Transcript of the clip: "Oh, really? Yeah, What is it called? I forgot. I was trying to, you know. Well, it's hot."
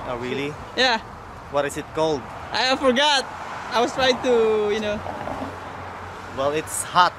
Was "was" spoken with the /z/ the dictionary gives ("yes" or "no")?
no